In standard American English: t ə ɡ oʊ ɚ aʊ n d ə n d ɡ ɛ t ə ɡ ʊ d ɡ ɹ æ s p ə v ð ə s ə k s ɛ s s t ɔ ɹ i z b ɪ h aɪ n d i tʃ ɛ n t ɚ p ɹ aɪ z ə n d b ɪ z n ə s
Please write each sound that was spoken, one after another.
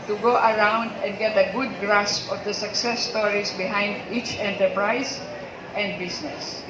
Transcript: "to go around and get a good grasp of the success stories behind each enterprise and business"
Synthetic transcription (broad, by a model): t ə ɡ oʊ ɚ aʊ n d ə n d ɡ ɛ t ə ɡ ʊ d ɡ ɹ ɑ s p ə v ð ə s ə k s ɛ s s t ɔ ɹ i s b ɪ h aɪ n d i tʃ ɛ n t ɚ p ɹ aɪ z ə n d b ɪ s n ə s